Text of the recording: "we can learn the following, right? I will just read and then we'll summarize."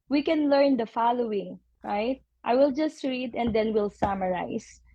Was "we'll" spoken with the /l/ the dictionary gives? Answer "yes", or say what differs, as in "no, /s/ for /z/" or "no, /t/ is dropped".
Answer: yes